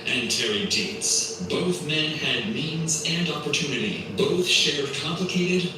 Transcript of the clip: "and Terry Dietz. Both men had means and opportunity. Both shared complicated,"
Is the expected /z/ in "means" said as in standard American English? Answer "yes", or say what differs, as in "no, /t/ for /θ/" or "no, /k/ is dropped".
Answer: yes